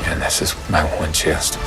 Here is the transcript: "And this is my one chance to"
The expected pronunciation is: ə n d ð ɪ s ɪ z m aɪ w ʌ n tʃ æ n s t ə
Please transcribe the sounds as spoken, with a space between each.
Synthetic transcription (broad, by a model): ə n ð ɪ s ɪ z m aɪ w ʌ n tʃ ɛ s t